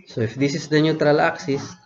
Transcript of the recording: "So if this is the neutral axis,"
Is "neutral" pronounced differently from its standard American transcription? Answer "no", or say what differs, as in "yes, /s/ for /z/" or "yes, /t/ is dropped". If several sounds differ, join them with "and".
no